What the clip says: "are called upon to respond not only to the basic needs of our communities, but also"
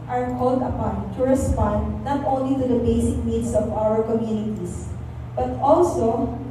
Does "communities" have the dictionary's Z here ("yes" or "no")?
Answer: no